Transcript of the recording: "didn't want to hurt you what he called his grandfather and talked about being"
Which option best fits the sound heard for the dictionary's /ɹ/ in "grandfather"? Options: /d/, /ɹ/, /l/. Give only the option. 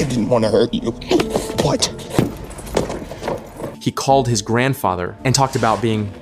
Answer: /ɹ/